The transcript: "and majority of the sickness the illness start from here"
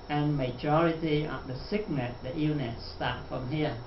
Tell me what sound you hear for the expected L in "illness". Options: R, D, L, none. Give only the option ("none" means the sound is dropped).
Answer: none